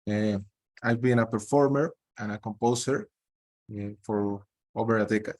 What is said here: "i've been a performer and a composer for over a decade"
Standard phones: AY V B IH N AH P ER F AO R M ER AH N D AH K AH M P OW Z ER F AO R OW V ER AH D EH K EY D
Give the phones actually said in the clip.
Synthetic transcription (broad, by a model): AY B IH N AH P ER F AO R M ER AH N AH K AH M P OW S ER F AO R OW B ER AH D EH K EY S